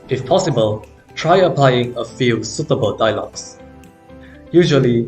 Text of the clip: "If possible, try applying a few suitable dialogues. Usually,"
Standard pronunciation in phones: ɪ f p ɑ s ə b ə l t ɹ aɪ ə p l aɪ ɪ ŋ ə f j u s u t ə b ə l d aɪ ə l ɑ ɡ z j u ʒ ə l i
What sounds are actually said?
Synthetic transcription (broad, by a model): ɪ f p ɑ s ə b ə l t ɹ aɪ ə p l aɪ ɪ ŋ ə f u s u t ə b ə l d aɪ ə l ɑ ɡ s j u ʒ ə l i